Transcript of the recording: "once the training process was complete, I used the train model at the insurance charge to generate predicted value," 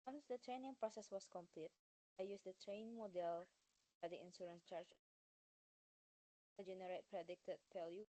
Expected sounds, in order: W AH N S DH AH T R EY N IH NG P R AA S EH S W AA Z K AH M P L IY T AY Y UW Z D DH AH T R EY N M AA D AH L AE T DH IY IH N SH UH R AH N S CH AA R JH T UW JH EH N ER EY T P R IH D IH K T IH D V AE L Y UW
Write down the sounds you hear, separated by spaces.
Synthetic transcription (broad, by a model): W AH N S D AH T R EY N IH NG P R AA S EH S W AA S K AH M P L IY T AY Y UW S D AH T R EY N M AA D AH L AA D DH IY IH N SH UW R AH N S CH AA R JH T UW JH EH N ER EY T P R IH D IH K T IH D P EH L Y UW